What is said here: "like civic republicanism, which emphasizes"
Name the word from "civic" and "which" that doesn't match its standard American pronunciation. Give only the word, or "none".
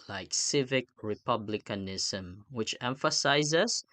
none